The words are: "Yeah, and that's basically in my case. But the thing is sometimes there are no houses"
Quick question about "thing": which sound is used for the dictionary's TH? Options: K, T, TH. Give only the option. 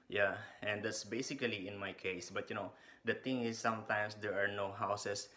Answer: T